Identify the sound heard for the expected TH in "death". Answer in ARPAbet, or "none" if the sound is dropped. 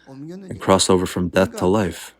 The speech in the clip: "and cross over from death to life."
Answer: TH